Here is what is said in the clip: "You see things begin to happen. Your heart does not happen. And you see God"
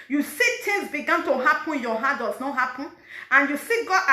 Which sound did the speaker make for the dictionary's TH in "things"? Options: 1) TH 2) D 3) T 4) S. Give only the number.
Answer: 3